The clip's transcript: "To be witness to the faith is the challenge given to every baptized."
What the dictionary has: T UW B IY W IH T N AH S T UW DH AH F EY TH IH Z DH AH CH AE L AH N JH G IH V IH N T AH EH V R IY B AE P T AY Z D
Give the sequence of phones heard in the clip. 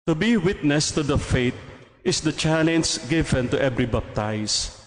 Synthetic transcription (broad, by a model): T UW B IY W IH T N AH S T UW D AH F EY T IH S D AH CH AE L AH N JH G IH V IH N T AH EH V R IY B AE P T AY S